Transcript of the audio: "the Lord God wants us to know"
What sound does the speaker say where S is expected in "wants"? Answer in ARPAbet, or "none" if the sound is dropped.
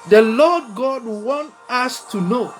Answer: none